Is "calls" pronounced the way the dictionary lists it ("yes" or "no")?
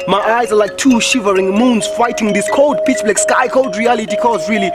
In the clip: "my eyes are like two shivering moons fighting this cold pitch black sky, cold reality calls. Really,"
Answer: no